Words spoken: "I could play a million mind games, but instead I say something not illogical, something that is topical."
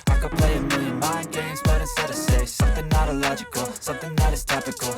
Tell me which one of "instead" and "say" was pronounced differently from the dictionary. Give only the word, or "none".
instead